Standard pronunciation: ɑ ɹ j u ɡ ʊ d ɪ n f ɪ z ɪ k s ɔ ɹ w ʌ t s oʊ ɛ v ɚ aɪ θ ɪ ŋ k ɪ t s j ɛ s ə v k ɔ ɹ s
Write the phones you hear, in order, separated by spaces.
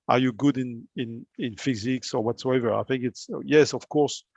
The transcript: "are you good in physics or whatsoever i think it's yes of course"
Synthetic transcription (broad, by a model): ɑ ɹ j u ɡ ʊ d ɪ n f ɪ z ɪ k s ɔ ɹ w ʌ t s oʊ ɛ v ɚ aɪ θ ɪ ŋ k ɪ t s j ɛ s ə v k ɔ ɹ s